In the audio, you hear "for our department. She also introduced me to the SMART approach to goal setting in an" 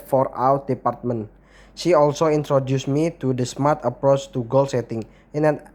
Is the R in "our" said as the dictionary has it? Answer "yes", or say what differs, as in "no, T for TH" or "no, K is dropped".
no, W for R